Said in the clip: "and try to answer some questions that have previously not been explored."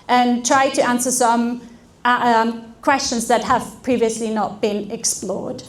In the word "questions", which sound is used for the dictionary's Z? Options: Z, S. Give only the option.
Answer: Z